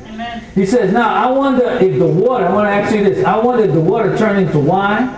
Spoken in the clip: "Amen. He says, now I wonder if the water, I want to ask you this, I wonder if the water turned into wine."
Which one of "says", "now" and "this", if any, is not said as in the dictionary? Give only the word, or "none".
none